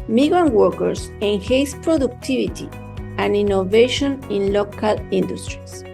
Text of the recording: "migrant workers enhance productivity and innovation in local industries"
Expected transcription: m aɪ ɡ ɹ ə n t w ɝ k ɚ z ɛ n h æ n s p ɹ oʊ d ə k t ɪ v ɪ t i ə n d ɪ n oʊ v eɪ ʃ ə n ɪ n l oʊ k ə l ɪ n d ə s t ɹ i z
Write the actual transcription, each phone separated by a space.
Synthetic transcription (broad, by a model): m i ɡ ɹ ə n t w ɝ k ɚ s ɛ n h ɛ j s p ɹ oʊ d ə k t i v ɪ t i ə n d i n oʊ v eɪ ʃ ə n ɪ n l oʊ k ə l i n d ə s t ɹ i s